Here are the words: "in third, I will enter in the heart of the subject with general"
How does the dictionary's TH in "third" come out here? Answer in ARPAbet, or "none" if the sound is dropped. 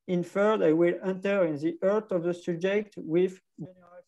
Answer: F